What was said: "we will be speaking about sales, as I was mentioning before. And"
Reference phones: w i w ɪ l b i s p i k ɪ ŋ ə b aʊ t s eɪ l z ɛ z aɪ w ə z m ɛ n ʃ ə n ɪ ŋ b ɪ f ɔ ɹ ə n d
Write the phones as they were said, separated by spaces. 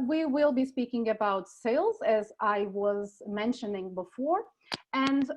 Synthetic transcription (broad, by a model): w i w ɪ l b i s p i k ɪ ŋ ə b aʊ t s eɪ l z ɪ z aɪ w ə z m ɛ n ʃ ə n ɪ ŋ b ɪ f ɔ ɹ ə n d